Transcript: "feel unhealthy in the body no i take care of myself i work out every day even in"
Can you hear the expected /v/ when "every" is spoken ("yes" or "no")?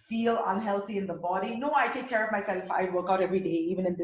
yes